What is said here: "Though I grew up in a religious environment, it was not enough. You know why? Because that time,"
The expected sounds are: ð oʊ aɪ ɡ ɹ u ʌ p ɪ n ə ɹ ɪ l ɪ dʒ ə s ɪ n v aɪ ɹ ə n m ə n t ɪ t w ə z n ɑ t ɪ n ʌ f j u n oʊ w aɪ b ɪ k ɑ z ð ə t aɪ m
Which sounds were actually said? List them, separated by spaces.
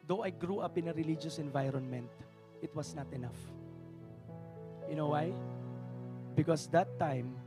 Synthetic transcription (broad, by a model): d oʊ aɪ ɡ ɹ u ʌ p ɪ n ə ɹ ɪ l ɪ dʒ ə s ɪ n v aɪ ɹ ə n m ə n t ɪ t w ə s n ɑ t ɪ n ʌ f j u n oʊ w aɪ b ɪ k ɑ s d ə t aɪ m